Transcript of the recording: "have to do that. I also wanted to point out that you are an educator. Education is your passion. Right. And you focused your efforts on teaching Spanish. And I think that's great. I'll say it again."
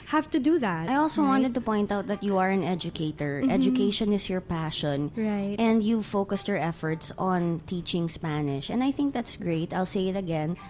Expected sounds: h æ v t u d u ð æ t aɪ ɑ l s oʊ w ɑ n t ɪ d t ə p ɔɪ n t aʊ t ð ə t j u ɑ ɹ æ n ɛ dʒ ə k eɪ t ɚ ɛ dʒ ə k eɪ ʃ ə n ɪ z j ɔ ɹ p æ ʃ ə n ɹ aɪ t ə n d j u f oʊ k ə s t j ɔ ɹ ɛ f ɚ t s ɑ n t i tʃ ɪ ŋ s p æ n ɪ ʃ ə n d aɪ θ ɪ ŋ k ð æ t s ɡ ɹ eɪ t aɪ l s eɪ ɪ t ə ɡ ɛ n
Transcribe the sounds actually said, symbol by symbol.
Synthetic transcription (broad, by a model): h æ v t u d u ð æ t aɪ ɑ l s oʊ w ɑ n t ɪ d t ə p ɔɪ n t aʊ t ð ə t j u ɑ ɹ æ n ɛ dʒ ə k eɪ t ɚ ɛ dʒ ə k eɪ ʃ ə n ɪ s j ɔ ɹ p æ ʃ ə n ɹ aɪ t ə n d j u f oʊ k ə s t j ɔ ɹ ɛ f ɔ t s ɑ n t i tʃ ɪ ŋ s p æ n ɪ ʃ ə n d aɪ θ ɪ ŋ k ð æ t s ɡ ɹ eɪ t aɪ l s eɪ ɪ t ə ɡ ɛ n